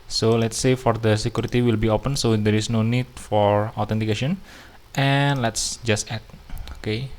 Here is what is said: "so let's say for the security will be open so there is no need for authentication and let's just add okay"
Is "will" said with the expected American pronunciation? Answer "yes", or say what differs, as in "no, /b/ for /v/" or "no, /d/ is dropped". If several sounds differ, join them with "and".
yes